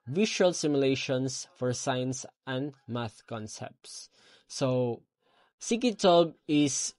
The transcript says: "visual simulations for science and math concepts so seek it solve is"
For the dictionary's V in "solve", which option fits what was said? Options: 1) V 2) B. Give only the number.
2